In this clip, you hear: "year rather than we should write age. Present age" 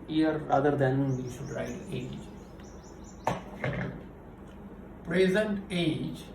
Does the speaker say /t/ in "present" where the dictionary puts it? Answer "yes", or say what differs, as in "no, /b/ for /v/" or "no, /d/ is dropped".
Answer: yes